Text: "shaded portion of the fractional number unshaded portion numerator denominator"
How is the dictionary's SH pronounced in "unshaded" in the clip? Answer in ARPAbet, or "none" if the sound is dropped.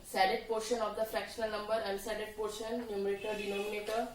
S